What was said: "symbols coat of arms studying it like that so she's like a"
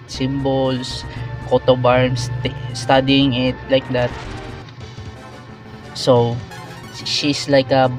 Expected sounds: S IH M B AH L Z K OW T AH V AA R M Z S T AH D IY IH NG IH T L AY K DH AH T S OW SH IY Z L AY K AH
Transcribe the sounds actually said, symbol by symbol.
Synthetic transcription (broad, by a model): S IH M B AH L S K OW T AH B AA R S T S T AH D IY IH NG IH T L AY K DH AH T S OW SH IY S L AY K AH